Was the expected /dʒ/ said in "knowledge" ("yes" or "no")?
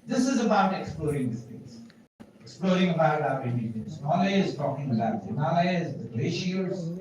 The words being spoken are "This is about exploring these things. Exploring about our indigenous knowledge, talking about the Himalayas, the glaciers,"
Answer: no